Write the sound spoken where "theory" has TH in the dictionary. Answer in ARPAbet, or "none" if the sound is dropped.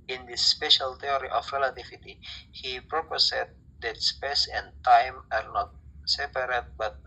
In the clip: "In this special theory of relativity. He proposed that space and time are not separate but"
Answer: T